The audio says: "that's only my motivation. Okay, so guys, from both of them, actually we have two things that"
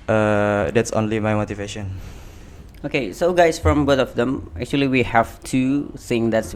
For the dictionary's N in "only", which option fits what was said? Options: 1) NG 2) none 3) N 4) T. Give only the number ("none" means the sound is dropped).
3